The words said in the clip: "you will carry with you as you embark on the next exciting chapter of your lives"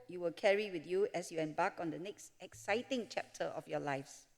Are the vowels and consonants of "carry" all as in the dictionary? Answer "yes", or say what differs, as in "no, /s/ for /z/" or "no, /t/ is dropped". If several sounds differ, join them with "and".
yes